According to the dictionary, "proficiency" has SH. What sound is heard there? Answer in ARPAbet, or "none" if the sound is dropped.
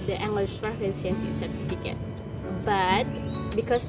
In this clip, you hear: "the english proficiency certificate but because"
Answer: S